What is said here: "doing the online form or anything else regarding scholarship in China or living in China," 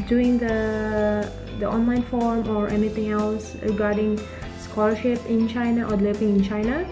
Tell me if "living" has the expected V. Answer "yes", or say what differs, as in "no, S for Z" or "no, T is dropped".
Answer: no, P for V